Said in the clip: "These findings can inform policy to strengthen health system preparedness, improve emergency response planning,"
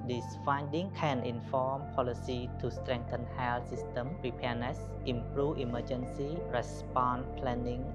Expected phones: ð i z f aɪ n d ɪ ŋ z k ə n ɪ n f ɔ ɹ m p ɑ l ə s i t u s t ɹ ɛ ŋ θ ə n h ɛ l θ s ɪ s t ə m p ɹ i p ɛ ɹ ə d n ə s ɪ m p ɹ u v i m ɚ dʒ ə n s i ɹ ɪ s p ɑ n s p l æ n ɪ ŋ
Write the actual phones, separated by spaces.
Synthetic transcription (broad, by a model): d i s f aɪ n d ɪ ŋ k ə n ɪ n f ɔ m p ɑ l ə s i t u s t ɹ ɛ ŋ t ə n h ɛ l s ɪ s t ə m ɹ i p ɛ ə n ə s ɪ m p ɹ u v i m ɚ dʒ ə n s i ɹ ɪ s p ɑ n p l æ n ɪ ŋ